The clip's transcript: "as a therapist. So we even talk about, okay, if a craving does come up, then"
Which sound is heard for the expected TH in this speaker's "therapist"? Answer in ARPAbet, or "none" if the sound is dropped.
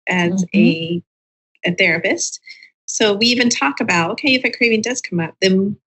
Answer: TH